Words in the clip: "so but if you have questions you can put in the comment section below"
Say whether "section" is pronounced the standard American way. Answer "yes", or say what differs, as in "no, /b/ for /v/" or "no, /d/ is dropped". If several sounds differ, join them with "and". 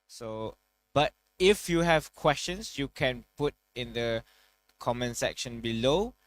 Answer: yes